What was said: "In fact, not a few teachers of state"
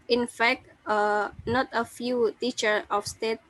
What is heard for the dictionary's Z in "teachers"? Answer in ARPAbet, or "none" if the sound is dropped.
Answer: none